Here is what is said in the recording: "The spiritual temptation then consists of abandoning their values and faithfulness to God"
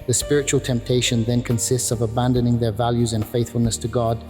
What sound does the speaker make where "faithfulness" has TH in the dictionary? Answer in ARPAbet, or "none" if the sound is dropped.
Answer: TH